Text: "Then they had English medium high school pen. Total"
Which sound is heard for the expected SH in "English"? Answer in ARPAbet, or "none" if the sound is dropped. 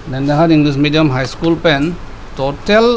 S